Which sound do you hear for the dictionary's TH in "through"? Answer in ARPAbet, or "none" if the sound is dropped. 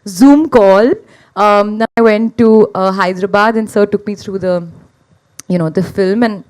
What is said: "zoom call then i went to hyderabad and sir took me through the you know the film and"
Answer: T